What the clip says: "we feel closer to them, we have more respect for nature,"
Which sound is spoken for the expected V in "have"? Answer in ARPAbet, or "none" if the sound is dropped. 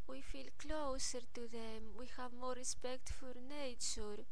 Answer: V